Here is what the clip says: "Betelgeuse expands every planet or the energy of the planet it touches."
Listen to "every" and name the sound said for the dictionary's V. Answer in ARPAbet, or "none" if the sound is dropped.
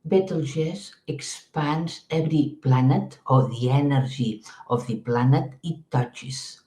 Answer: B